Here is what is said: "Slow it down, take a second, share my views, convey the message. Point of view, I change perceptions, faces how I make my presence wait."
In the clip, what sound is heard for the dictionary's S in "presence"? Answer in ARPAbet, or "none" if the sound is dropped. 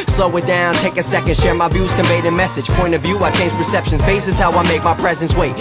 S